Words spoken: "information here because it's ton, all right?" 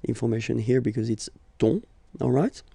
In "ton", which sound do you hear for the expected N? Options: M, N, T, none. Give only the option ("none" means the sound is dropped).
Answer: none